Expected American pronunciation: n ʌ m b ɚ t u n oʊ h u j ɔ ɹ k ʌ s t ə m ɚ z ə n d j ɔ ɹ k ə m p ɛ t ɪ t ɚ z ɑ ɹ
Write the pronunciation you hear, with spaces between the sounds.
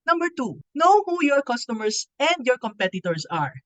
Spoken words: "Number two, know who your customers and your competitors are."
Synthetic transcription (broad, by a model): n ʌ m b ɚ t u n oʊ h u j ɔ ɹ k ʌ s t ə m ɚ s ə n d j ɔ ɹ k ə m p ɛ t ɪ t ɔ s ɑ ɹ